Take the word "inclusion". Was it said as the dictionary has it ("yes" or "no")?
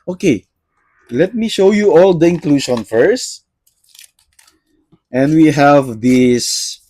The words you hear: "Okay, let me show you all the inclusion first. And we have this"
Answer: no